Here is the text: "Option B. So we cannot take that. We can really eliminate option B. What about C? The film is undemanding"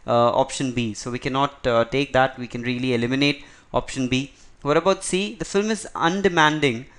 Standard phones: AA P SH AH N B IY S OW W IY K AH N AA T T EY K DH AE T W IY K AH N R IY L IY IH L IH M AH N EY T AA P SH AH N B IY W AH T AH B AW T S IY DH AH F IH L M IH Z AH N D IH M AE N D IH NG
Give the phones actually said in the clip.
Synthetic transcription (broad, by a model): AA P SH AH N B IY S OW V IY K AH N AA T T EY K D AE T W IY K AH N R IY L IY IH L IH M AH N EY T AA P SH AH N B IY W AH T AH B AW T S IY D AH F IH L M IH Z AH N D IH M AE N D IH NG